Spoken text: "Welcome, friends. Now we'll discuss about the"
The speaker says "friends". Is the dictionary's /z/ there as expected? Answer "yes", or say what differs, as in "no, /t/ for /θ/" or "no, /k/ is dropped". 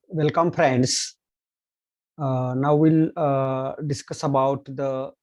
no, /s/ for /z/